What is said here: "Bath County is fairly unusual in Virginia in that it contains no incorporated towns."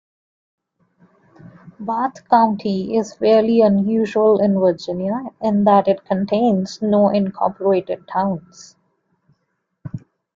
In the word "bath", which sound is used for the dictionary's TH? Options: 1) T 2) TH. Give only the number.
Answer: 1